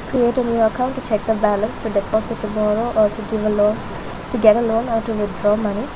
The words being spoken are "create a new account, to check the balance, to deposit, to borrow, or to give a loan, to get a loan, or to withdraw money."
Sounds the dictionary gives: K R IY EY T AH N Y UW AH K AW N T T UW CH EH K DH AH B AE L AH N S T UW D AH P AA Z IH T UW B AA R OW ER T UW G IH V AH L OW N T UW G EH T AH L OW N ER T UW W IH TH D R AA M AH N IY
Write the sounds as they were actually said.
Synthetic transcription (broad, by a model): K R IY EY T AH N Y UW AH K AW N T T UW CH EH K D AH B AE L AH N S T UW D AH P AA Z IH T UW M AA R OW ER T UW G IH V AH L OW N T UW G EH T AH L OW N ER T UW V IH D R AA M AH N IY